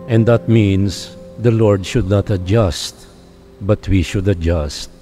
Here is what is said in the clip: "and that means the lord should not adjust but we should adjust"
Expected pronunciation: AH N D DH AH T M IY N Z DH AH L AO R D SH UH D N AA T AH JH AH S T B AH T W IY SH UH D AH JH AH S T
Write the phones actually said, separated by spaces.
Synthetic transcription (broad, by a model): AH N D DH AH T M IY N S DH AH L AO R D SH UH D N AA T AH JH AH S T B AH T W IY SH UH D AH JH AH S T